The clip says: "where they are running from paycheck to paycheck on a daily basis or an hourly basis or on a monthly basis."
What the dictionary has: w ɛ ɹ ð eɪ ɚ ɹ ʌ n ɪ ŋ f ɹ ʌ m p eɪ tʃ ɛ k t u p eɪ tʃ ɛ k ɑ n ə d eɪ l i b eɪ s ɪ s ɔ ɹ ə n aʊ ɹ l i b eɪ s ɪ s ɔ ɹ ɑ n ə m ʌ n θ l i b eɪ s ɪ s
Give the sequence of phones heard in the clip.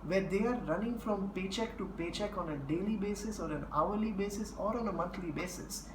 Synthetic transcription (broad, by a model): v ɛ ɹ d eɪ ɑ ɹ ʌ n ɪ ŋ f ɹ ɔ m p eɪ tʃ ɛ k t u p eɪ tʃ ɛ k ɑ n ə d eɪ l i b eɪ s ɪ s ɔ ɹ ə n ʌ ɹ l i b eɪ s ɪ s ɔ ɹ ɑ n ə m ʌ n t l i b eɪ s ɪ s